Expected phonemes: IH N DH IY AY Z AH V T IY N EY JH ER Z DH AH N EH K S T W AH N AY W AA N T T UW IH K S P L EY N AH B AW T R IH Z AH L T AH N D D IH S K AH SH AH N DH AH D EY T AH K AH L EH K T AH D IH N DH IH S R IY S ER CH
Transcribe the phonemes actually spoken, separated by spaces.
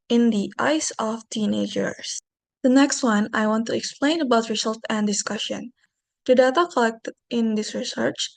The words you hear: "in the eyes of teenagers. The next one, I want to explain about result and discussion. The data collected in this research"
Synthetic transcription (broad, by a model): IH N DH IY AY S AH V T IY N EY JH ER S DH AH N EH K S T W AH N AY W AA N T T UW IH K S P L EY N AH B AW T R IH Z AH L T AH N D D IH S K AH SH AH N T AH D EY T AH K AH L EH K T AH D IH N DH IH S R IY S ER CH